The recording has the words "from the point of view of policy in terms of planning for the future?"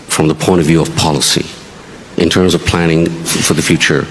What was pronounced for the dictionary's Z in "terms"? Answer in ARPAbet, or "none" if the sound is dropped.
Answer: Z